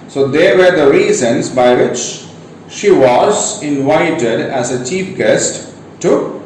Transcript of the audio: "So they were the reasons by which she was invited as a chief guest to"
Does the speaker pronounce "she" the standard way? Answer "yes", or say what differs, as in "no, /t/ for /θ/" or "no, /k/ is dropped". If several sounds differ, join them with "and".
yes